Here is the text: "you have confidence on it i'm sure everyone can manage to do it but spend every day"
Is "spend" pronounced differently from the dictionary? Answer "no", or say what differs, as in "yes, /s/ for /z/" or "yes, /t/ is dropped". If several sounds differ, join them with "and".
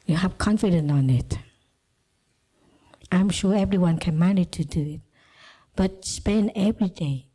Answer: yes, /d/ is dropped